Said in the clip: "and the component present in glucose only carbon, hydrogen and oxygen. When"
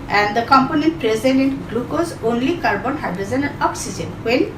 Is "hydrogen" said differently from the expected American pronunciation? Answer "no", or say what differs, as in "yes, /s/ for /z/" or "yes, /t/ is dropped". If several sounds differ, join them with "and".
yes, /z/ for /dʒ/